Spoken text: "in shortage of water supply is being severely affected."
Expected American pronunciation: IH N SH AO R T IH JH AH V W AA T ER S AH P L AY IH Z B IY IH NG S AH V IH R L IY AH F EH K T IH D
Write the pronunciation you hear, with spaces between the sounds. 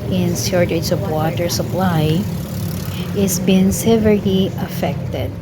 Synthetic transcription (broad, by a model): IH N S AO R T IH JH AH V W AA T ER S AH P L AY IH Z B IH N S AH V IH R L IY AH F EH K T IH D